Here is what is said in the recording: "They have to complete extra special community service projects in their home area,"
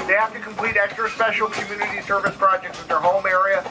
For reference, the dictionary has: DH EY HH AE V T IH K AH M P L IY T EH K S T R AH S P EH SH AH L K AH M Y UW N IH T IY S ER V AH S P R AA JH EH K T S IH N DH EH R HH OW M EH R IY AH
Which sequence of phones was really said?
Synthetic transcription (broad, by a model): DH EY HH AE F T IH K AH M P L IY T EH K S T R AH S P EH SH L K AH M Y UW N IH T IY S ER V AH S P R AA JH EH K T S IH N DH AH R HH OW M EH R IY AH